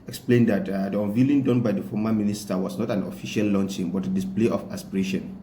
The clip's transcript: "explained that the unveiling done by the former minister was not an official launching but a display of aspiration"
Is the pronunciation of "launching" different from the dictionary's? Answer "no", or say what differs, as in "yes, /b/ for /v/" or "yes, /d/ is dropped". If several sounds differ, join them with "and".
no